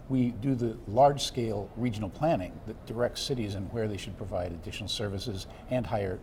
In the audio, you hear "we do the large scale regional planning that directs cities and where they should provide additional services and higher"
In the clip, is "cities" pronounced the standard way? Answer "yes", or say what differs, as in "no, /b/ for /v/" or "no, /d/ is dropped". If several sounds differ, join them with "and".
yes